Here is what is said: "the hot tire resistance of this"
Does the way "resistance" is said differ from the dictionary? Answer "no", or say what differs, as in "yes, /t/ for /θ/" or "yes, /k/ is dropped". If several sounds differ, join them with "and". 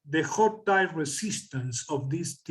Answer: yes, /s/ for /z/